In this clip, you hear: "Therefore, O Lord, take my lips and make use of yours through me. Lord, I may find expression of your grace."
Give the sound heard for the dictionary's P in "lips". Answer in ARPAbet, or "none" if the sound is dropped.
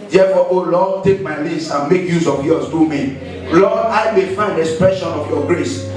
none